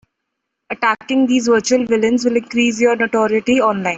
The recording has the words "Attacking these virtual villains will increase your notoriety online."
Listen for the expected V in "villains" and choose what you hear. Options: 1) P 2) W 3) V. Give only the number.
3